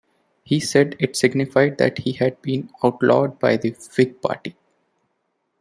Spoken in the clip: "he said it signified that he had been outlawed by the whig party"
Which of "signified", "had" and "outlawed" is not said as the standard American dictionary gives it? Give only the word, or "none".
none